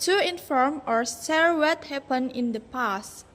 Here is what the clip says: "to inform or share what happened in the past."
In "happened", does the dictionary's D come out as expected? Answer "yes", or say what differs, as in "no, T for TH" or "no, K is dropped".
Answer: no, D is dropped